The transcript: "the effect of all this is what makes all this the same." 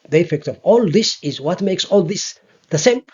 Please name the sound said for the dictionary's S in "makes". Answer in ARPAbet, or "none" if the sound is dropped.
S